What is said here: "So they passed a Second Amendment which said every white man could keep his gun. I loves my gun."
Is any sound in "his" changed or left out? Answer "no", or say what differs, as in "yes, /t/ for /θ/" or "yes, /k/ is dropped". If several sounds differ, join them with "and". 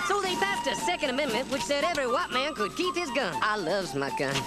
no